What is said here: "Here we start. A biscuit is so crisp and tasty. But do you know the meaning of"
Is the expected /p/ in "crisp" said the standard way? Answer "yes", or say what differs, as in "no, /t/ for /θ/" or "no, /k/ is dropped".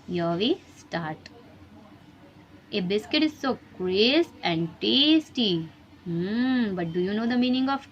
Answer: no, /p/ is dropped